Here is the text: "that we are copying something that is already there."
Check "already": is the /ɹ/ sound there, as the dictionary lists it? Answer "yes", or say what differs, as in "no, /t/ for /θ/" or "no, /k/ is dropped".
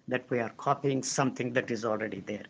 yes